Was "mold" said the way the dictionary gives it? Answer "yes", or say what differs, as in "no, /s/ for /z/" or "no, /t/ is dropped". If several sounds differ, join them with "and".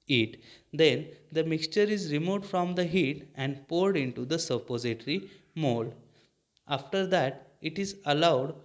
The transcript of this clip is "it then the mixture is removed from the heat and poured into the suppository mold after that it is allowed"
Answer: no, /d/ is dropped